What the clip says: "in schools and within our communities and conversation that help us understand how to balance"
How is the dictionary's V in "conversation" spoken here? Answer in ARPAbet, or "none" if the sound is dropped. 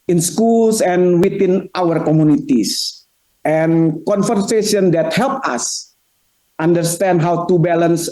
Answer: F